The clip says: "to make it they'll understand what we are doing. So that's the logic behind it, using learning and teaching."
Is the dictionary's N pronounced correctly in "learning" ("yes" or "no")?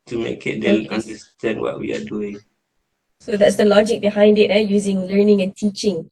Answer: yes